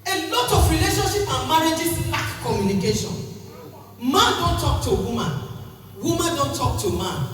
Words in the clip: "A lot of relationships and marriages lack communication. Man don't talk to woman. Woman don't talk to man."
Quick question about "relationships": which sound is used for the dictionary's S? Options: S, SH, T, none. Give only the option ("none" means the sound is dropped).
none